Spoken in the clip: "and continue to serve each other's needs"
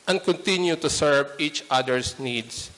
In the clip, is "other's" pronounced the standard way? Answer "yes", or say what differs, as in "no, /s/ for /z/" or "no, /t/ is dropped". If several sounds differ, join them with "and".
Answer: no, /s/ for /z/